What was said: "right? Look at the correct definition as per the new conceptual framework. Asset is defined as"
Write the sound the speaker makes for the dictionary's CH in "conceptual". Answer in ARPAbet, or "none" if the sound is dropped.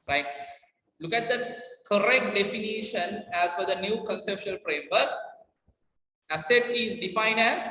SH